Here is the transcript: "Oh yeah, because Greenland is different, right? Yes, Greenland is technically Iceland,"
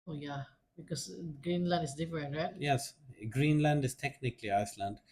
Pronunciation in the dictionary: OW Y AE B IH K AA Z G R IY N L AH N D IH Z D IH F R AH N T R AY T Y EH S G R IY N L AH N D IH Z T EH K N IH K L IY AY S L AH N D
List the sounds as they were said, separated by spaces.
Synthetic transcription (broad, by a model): OW Y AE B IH K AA S G R IY N L AH N D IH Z D IH F R AH N T R AY T Y EH S G R IY N L AH N D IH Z T EH K N IH K L IY AY S L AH N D